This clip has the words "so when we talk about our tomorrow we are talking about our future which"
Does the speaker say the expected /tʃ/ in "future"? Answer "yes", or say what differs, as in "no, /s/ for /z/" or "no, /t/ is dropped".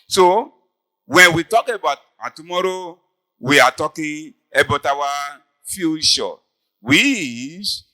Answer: no, /ʃ/ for /tʃ/